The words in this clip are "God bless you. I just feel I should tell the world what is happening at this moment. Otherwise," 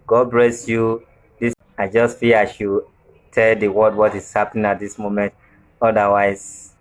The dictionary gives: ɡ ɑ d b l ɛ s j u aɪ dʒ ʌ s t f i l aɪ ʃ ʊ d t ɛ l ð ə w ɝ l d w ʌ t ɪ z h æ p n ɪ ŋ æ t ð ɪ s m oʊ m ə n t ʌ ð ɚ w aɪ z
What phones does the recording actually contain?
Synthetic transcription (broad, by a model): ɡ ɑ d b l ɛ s j u aɪ dʒ ʌ s t f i aɪ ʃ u t ɛ l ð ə w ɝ d w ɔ t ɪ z h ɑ p n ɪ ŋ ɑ t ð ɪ s m oʊ m ə n t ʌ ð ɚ w aɪ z